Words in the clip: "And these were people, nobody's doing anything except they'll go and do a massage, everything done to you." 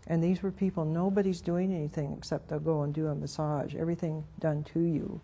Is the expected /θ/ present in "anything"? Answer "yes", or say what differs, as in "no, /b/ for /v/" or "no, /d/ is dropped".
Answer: yes